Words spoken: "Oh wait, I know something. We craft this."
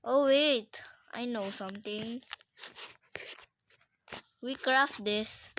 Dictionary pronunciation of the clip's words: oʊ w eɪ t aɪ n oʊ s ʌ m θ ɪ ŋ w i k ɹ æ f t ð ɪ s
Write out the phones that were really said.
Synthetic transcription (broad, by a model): oʊ w eɪ t aɪ n oʊ s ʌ m t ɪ ŋ w i k ɹ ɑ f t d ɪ s